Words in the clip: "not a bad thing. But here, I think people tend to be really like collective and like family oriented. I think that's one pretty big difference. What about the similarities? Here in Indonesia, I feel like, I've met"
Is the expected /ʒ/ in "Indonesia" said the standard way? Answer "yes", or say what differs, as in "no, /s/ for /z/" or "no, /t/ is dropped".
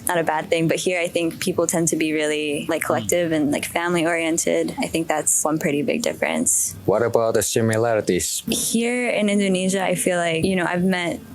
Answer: yes